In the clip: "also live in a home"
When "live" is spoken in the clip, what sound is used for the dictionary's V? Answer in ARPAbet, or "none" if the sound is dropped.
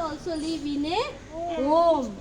B